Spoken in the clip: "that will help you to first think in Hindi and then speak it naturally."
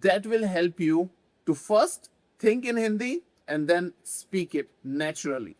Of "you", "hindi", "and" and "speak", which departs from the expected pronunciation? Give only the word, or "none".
none